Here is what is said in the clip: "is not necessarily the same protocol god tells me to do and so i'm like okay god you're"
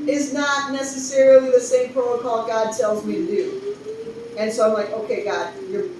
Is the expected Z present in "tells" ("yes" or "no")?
yes